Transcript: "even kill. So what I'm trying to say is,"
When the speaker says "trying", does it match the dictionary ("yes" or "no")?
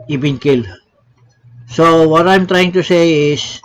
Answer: yes